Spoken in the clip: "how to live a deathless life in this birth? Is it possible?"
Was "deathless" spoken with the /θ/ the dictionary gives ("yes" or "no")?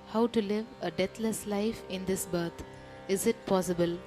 no